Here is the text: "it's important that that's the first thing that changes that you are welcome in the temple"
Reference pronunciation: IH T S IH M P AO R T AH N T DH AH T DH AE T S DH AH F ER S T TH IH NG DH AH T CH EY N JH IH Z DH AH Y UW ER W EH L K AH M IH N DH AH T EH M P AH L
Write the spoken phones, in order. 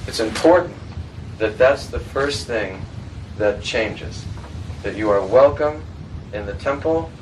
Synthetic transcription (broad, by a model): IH T S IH M P AO R T N DH AH T DH AE T S DH AH F ER S TH IH NG DH AH T CH EY N JH IH Z DH AH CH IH ER W EH L K AH M IH N DH AH T EH M P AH L